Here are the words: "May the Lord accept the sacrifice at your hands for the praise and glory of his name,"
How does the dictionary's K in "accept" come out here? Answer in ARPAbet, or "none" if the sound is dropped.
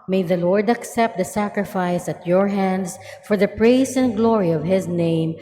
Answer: K